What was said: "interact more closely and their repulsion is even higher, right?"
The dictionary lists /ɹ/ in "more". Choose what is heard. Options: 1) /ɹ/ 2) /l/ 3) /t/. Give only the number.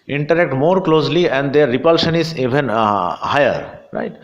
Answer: 1